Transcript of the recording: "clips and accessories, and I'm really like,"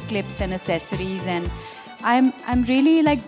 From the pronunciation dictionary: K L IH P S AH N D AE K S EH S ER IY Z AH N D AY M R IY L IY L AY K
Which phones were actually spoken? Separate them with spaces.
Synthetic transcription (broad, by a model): K L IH P S AH N D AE S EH S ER IY Z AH N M AY M R IY L IY L AY K